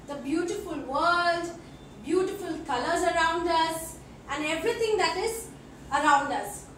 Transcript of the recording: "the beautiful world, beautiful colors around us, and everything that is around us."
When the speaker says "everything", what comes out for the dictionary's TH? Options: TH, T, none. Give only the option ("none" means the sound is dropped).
T